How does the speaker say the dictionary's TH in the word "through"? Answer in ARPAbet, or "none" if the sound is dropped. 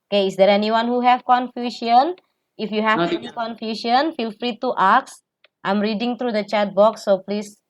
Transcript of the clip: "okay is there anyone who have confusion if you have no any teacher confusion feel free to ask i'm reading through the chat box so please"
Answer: T